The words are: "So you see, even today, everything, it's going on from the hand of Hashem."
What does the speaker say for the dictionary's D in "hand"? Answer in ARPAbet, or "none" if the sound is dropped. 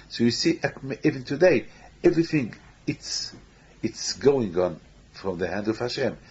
D